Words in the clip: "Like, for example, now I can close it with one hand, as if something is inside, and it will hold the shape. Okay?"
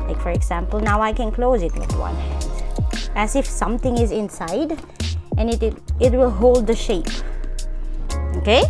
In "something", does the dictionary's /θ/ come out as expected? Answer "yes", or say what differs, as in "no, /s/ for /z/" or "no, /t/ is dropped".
no, /t/ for /θ/